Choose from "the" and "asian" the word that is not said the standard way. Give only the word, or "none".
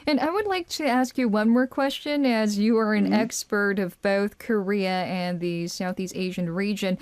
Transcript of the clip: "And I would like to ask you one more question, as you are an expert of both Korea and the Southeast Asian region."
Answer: none